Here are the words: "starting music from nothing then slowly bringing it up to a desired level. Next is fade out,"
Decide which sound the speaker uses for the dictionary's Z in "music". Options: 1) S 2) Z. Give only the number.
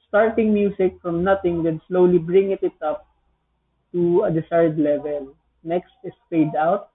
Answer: 1